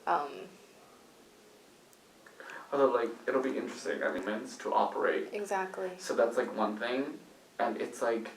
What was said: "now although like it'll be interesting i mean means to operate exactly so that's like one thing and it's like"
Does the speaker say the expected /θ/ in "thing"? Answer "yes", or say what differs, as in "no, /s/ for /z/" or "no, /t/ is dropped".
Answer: yes